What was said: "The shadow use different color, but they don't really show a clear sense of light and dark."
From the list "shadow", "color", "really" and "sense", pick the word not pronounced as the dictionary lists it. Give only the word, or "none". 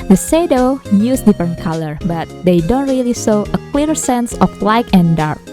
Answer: shadow